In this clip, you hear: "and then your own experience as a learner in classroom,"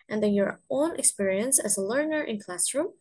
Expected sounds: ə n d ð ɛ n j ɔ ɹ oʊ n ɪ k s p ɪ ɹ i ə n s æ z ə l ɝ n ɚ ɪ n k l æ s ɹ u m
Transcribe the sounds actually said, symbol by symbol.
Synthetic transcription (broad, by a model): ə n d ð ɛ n j ɔ ɹ oʊ n ɪ k s p ɪ ɹ i ə n s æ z ə l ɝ n ɚ ɪ n k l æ s ɹ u m